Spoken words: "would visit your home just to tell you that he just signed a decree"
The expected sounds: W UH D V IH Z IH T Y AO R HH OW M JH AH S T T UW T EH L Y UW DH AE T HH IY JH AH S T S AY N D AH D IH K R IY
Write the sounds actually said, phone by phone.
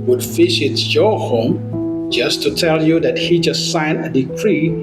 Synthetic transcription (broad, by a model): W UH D F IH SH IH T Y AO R HH OW M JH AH S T T UW T EH L Y UW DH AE T HH IY JH AH S T S AY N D AH D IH K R IY